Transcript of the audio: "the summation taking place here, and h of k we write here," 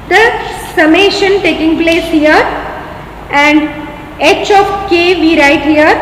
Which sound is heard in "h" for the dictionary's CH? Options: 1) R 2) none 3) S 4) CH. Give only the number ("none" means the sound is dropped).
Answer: 4